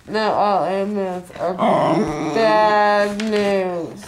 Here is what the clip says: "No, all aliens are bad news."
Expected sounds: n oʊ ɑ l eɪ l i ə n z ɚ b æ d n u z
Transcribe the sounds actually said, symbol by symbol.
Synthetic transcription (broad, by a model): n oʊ ɑ l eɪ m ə z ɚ b æ d n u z